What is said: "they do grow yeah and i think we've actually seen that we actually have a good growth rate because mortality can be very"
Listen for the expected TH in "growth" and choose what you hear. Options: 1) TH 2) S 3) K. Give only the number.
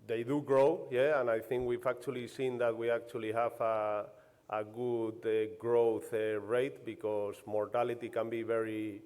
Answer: 1